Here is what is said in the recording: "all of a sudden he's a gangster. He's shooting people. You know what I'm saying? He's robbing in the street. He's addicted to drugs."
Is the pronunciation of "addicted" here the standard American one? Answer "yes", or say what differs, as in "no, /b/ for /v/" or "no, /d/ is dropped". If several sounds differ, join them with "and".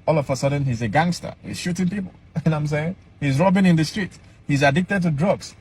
yes